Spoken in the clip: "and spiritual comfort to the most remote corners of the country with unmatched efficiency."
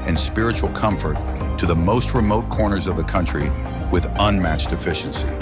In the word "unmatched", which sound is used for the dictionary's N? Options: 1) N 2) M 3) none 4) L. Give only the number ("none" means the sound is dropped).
1